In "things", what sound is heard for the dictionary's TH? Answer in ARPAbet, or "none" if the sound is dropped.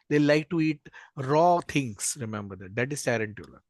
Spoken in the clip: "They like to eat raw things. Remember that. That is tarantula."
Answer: T